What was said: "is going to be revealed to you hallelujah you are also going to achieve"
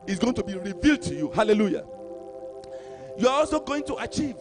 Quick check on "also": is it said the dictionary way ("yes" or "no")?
yes